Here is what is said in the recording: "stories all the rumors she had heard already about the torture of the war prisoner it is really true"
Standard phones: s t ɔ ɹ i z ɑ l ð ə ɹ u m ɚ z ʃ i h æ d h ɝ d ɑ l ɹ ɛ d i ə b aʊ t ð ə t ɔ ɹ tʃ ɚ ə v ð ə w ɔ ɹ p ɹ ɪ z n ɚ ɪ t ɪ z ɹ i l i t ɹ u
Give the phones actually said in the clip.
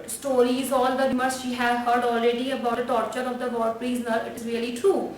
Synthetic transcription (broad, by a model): s t ɔ ɹ i z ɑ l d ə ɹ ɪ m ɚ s ʃ i h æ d h ɝ d ɑ l ɹ ɛ d i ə b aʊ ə t ɔ ɹ tʃ ɚ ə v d ə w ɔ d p l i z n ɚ ɪ t ɪ z ɹ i l i t ɹ u